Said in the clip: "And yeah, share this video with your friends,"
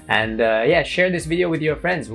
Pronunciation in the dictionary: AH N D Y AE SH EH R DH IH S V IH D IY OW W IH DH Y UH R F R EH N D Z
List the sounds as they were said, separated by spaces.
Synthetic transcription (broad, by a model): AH N D Y AE SH EH R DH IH S V IH D IY OW W IH DH Y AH R F R EH N D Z